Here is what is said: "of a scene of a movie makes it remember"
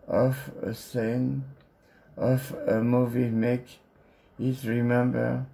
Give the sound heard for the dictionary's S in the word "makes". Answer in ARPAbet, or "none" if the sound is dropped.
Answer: none